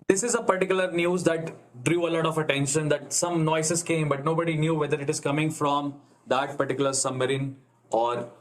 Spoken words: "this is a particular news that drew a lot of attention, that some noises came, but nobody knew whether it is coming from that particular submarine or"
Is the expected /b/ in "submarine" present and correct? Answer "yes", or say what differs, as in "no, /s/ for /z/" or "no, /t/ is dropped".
no, /b/ is dropped